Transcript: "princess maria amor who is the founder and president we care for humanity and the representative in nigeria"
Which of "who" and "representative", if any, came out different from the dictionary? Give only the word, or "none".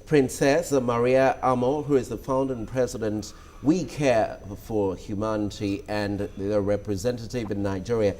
none